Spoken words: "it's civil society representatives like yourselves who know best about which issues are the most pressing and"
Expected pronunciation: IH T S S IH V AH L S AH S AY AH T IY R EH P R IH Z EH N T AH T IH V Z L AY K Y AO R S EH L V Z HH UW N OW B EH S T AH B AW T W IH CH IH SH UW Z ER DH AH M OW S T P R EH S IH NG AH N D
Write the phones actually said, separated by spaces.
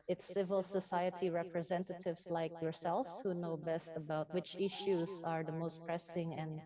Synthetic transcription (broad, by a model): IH T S S IH V AH L S AH S AY AH T IY R EH P R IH Z EH N T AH T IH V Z L AY K Y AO R S EH L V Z HH UW N OW B EH S T AH B AW T W IH CH IH SH UW Z ER DH AH M OW S T P R EH S IH NG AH N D